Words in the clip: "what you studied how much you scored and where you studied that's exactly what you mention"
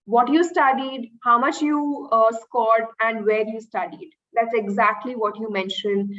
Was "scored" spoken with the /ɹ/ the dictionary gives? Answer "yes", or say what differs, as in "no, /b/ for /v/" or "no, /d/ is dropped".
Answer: yes